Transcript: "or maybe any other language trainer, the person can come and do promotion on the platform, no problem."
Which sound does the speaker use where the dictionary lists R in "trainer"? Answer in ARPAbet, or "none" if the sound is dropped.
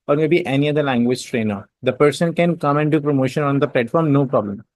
R